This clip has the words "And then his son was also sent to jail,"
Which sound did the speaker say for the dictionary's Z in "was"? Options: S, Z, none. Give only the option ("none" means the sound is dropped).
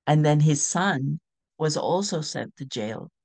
Z